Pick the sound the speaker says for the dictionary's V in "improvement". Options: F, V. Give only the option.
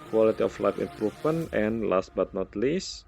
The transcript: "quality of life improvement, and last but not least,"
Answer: F